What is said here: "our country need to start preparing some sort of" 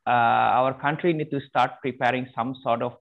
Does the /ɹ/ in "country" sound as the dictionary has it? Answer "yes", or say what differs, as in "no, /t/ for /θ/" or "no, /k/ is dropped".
yes